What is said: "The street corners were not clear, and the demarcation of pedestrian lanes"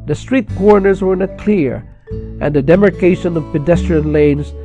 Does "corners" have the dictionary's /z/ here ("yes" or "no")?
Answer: yes